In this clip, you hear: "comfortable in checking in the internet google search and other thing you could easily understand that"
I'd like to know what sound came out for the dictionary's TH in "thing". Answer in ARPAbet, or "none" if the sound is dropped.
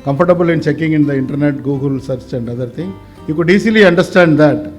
T